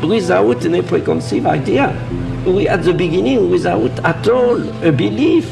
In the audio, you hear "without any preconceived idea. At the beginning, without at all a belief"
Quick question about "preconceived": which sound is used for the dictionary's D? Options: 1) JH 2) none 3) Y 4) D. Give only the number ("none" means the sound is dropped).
2